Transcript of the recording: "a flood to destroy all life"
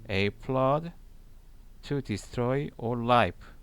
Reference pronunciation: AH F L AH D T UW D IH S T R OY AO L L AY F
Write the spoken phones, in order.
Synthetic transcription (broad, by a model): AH P L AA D T UW D IH S T R OY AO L L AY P